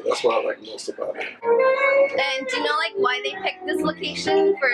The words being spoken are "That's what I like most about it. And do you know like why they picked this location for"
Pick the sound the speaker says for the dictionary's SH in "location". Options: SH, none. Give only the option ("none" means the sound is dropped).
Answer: SH